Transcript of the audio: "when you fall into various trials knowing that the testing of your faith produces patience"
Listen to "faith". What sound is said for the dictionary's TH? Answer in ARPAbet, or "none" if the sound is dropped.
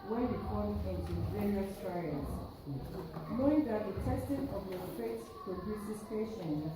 S